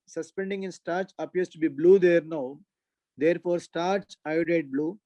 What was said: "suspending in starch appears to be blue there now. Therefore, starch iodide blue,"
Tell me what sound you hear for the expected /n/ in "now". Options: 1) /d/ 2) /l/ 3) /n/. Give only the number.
3